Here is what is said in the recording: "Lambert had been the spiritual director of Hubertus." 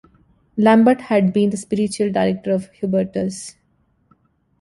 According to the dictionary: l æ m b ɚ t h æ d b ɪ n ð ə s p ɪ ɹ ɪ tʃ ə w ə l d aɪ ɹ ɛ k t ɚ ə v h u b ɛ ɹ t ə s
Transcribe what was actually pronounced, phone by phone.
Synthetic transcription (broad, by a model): l æ m b ɚ t h æ d b ɪ n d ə s p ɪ ɹ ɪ tʃ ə ə l d aɪ ɹ ɛ k t ɚ ə v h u b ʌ ɹ t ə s